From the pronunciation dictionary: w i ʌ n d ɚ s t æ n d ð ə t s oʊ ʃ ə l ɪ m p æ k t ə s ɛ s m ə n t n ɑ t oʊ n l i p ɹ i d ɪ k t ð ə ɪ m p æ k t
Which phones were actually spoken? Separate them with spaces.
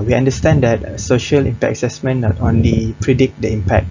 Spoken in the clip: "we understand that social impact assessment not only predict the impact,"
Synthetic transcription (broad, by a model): w i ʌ n d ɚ s t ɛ n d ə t s oʊ ʃ ə l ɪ m p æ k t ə s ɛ s m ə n n ɑ t oʊ n l i p ɹ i d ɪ k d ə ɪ m p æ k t